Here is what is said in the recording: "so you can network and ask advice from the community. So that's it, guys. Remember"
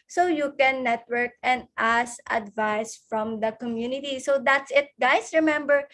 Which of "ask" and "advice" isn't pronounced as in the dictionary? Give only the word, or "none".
ask